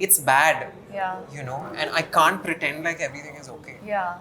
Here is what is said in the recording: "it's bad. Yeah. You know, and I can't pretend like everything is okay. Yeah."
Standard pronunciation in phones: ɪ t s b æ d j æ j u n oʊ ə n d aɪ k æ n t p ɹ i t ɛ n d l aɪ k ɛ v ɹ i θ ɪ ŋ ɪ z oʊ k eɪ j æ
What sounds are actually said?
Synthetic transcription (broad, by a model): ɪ t s b æ d j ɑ j u n oʊ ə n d aɪ k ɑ n t p ɹ i t ɛ n d l aɪ k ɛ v ɹ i t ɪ ŋ ɪ z oʊ k eɪ j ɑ